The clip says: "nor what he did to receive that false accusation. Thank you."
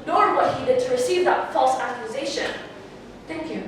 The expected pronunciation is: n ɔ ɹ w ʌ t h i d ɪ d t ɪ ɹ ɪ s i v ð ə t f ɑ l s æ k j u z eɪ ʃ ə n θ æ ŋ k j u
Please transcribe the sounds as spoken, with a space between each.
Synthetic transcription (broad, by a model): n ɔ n w ʌ t h i d ɪ d t ɪ ɹ ɪ s i v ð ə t f ɑ l s æ k j u z eɪ ʃ ə n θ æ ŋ k j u